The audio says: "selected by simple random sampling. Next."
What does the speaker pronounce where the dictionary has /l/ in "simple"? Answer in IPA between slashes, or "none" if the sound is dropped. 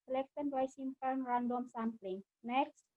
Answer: /n/